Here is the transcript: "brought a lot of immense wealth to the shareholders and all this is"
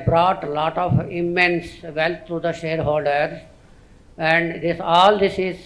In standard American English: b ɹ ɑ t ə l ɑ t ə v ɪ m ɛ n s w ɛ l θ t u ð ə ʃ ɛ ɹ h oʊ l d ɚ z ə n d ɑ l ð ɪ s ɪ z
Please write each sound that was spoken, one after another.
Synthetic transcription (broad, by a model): b ɹ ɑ t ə l ɑ t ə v ɪ m ɛ n s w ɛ l t t u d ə ʃ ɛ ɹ h oʊ l d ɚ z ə n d ɑ l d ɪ s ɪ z